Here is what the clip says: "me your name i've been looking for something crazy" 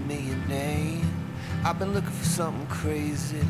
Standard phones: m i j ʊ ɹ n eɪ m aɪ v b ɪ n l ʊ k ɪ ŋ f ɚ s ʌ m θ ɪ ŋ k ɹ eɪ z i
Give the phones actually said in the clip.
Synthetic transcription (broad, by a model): m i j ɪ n eɪ aɪ v b ɪ n l ʊ k ɪ ŋ f ɚ s ʌ m θ ɪ ŋ k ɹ eɪ z i